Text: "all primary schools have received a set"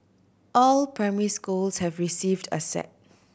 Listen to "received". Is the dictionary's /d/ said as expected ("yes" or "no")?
yes